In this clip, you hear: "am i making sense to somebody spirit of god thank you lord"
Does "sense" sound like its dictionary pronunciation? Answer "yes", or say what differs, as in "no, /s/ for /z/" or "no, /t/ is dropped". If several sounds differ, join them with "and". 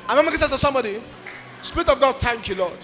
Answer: no, /n/ is dropped